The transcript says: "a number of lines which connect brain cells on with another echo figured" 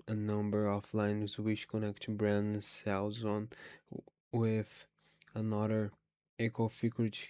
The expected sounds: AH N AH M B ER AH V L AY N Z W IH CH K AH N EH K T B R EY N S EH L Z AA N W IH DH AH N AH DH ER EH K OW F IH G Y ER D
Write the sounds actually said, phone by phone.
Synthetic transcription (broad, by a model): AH N AH M B ER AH F L AY N Z W IH CH K AH N EH K T B R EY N S EH L Z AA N W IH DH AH N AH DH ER EH K OW F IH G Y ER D